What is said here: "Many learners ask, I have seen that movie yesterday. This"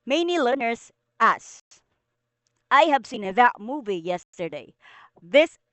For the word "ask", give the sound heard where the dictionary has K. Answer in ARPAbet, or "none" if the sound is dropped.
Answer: none